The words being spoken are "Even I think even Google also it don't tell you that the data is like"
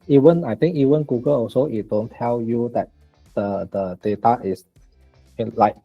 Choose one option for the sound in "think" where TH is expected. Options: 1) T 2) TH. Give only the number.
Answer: 1